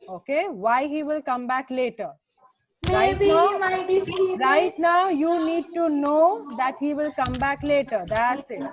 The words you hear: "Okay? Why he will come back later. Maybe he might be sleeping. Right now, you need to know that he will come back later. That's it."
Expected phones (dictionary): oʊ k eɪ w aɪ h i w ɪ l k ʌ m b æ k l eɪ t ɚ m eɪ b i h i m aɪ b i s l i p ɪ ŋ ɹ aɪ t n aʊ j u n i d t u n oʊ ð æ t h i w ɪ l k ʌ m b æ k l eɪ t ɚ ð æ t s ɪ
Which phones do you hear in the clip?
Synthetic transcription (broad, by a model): oʊ k eɪ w aɪ h i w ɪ l k ʌ m b æ k l eɪ t ɚ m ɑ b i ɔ m aɪ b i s i ɹ aɪ t n aʊ j u n i d t u n oʊ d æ t h i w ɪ l k ʌ m b æ k l eɪ t ɚ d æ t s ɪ